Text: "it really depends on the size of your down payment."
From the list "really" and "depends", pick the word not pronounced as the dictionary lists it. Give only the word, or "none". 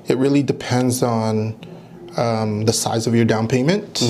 none